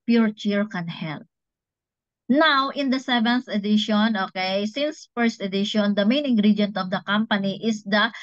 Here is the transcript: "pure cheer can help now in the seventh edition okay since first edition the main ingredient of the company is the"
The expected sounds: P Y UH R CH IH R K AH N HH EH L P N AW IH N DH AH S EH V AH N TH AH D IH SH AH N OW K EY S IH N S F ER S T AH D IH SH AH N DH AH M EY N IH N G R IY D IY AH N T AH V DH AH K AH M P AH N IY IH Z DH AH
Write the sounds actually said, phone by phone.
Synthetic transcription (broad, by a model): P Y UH R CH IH R K AH N HH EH L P N AW IH N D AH S EH V AH N TH AH D IH SH AH N OW K EY S IH N S F ER S T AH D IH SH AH N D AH M EY N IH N G R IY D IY N T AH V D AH K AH M P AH N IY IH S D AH